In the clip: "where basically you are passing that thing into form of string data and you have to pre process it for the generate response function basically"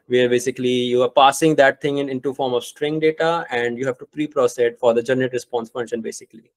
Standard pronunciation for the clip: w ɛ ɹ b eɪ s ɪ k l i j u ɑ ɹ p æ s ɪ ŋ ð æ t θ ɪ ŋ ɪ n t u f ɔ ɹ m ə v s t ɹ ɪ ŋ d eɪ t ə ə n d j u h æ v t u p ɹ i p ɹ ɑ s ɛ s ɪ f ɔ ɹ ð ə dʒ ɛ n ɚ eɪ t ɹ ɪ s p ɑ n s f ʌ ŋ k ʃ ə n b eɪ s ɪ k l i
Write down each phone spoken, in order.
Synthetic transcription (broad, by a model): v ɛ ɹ b eɪ s ɪ k l i j u ɑ ɹ p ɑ s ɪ ŋ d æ t t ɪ ŋ ɪ n t u f ɔ ɹ m ə v s t ɹ ɪ ŋ d eɪ t ə ə n d j u h æ v t u p ɹ i p ɹ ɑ s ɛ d f ɔ ɹ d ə dʒ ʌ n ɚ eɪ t ɹ ɪ s p ɑ n s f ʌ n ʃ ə n b eɪ s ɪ k l i